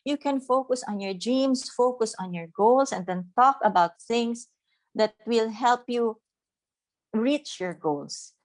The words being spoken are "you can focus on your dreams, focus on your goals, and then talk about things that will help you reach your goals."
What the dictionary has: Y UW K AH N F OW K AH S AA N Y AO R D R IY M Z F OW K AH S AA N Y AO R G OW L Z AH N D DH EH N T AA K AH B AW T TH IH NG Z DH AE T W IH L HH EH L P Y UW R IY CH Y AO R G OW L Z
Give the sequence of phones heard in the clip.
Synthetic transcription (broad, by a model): Y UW K AH N F OW K AH S AA N Y AO R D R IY M S F OW K AH S AA N Y AO R G OW L S AH N D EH N T AA K AH B AW T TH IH NG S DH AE T W IH L HH EH L P Y UW R IY CH Y AO R G OW L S